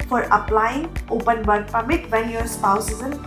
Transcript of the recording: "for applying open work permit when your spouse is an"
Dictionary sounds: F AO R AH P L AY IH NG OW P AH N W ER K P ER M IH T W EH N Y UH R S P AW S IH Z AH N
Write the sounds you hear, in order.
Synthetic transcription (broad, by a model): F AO R AH P L AY IH NG OW P AH N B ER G P ER M IH T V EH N Y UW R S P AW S IH Z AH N